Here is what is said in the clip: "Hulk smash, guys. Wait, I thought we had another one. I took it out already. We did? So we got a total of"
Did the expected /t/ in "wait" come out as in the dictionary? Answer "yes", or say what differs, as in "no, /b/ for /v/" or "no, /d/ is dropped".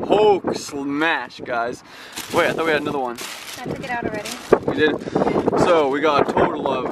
no, /t/ is dropped